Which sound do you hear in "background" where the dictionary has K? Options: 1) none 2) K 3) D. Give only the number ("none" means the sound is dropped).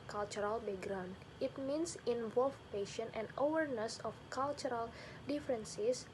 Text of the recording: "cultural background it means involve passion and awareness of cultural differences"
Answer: 1